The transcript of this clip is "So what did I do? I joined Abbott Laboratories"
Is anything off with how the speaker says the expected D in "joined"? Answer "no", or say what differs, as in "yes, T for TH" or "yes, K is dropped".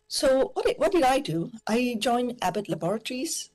yes, D is dropped